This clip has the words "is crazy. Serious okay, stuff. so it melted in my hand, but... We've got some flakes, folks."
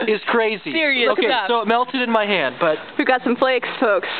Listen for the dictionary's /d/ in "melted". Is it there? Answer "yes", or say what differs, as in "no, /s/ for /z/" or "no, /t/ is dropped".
yes